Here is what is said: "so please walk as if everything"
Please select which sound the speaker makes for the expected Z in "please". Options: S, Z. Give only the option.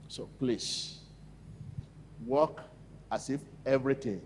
S